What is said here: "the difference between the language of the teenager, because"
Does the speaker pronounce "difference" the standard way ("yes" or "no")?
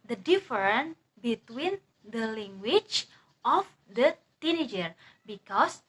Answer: no